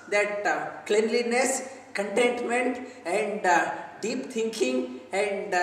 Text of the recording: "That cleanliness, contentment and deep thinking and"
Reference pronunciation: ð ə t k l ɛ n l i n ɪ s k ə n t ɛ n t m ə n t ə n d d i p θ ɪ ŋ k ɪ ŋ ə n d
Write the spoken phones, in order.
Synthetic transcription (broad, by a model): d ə t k l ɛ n l i n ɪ s k ə n t ɛ n t m ə n t ə n d d i p t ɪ ŋ k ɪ ŋ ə n d